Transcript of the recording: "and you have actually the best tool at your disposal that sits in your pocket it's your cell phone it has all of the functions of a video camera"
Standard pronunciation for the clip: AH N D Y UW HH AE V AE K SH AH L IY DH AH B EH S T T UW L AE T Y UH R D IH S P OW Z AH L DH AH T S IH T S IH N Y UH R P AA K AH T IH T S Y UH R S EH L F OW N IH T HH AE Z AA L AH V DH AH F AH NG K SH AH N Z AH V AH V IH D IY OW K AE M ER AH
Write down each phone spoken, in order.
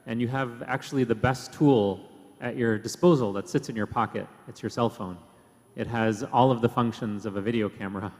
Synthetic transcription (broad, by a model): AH N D Y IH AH V AE K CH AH L IY DH AH B EH S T T UW L T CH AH R D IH S P OW Z L DH AH T S IH T S IH N Y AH R P AA K AH T IH T S Y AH R S EH L F OW N IH T HH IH Z AA L AH V DH AH F AH NG K SH AH N Z AH V AH V IH D IY OW K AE M ER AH